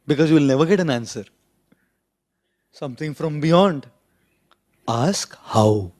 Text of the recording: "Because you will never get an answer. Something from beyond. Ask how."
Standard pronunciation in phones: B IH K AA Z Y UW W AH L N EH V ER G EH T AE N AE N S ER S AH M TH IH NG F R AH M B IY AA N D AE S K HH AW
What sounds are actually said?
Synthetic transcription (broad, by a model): B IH K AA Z Y UW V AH L N EH V ER G EH T AE N AE N S ER S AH M T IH NG F R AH M B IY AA N D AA S K HH AW